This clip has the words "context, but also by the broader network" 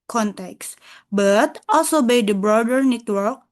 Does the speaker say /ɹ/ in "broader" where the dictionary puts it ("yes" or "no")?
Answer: yes